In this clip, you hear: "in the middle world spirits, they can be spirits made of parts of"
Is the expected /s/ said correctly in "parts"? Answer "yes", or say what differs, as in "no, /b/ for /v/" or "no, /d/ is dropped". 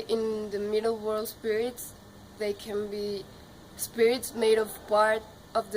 no, /s/ is dropped